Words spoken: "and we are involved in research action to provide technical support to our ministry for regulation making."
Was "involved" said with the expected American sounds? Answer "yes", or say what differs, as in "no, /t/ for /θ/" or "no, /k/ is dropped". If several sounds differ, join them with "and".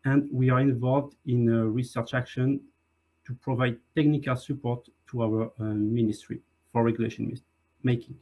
yes